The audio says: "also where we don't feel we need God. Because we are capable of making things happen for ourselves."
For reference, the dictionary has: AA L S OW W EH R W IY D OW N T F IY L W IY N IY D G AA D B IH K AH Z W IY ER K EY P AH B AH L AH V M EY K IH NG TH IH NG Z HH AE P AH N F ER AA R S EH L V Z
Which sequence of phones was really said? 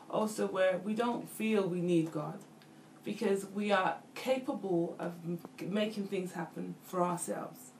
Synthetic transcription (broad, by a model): AA L S OW W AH R W IY D OW N T F IY L W IY N IY D G AA D B IH K AH Z W IY ER K EY P AH B AH L AH V M EY K IH NG TH IH NG Z HH AE P AH N F ER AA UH S EH L V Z